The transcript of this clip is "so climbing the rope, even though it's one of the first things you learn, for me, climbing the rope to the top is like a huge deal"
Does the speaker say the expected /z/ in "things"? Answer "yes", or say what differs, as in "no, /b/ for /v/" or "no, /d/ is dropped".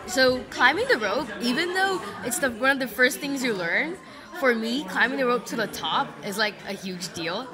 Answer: yes